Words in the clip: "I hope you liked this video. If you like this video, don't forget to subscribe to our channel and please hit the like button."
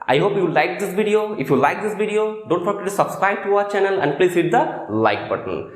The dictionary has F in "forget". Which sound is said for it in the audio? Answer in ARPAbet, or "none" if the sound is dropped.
P